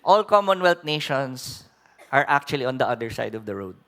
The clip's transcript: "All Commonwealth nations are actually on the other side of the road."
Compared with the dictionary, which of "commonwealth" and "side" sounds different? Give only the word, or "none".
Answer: commonwealth